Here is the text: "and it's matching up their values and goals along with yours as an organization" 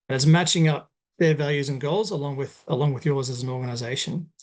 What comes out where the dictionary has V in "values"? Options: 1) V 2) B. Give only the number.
1